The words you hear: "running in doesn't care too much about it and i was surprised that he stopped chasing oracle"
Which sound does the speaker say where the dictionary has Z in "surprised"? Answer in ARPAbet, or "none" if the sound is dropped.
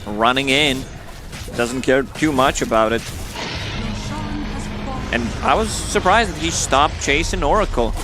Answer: Z